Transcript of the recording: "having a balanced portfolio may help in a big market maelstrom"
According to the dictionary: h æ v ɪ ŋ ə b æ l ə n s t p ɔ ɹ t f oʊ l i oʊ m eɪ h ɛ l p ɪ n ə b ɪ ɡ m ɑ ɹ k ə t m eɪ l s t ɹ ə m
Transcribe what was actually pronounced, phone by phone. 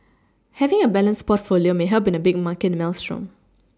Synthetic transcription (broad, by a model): h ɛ v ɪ ŋ ə b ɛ l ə n s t p ɔ t f oʊ l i oʊ m eɪ h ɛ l b ɪ n ə b ɪ ɡ m ɑ k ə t m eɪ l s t ɹ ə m